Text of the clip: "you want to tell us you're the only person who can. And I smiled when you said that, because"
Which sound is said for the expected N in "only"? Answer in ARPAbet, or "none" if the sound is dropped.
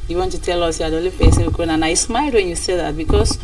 none